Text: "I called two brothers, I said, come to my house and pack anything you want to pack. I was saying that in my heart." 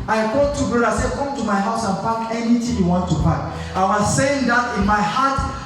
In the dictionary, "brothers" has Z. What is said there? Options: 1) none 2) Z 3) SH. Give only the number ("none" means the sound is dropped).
1